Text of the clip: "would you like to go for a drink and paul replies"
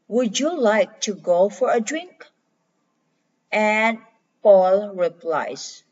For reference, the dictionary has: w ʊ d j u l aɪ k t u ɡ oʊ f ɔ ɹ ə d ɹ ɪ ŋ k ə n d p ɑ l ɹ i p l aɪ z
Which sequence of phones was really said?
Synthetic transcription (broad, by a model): w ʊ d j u l aɪ k t u ɡ oʊ f ɔ ɹ ə d ɹ ɪ ŋ k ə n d p ɑ l ɹ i p l aɪ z